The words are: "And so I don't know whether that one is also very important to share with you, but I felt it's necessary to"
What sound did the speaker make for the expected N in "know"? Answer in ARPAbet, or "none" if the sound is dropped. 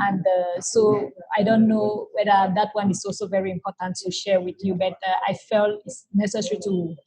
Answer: N